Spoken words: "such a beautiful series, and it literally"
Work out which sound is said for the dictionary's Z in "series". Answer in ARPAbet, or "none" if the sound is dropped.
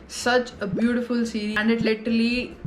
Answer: none